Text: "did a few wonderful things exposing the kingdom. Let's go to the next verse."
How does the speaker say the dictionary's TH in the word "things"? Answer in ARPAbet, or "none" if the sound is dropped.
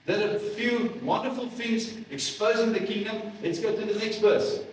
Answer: F